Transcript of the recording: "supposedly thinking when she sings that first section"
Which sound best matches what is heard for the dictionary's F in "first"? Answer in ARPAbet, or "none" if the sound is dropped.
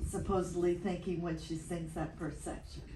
P